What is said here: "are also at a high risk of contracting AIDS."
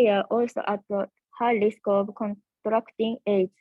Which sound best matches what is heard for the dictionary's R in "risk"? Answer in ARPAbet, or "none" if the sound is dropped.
L